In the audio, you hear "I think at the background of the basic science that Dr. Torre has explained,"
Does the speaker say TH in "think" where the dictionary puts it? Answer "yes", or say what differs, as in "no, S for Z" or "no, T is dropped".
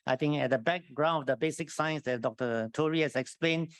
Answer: no, T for TH